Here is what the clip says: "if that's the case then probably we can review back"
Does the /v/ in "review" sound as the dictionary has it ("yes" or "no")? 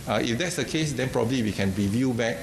yes